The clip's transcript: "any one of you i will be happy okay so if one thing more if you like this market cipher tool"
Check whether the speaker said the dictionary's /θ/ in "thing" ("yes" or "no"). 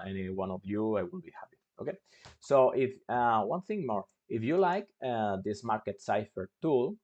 yes